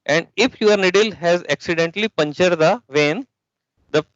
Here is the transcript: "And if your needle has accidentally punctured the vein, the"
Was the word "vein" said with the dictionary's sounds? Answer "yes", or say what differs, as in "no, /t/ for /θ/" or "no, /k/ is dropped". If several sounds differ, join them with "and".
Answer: yes